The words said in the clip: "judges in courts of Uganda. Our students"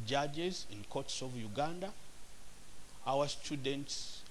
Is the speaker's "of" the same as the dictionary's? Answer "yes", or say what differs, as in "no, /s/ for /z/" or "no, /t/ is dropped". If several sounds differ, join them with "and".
yes